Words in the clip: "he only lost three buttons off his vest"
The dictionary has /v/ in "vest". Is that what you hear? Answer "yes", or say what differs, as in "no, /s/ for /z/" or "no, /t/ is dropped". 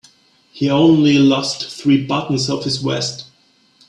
no, /w/ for /v/